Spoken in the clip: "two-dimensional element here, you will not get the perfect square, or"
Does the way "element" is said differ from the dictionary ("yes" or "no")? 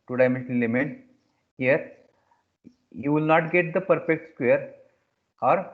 yes